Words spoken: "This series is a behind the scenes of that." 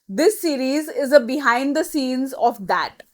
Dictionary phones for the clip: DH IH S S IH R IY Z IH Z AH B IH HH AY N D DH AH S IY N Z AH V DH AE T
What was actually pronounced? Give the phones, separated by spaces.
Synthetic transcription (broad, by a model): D IH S S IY R IY Z IH Z AH B IH HH AY N D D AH S IY N Z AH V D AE T